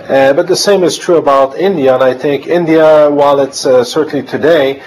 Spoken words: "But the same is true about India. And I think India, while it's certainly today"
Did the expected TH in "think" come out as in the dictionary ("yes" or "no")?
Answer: yes